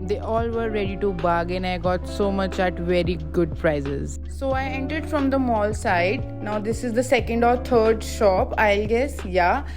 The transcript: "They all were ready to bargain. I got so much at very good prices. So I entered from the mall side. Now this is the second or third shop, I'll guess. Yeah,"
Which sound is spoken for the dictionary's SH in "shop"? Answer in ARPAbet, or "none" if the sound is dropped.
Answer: SH